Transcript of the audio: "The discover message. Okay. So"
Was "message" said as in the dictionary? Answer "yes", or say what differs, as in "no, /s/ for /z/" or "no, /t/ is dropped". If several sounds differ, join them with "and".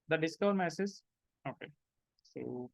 no, /z/ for /dʒ/